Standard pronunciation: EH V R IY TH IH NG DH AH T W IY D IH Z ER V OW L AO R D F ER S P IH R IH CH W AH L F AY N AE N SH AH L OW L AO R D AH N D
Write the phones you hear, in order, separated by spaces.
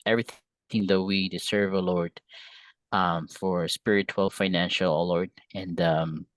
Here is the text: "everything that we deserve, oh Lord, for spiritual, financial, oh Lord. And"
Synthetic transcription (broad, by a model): EH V R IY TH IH NG DH AH T W IY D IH S ER V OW L AO R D F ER S P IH R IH CH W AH L F AY N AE N SH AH L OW L AO R D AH N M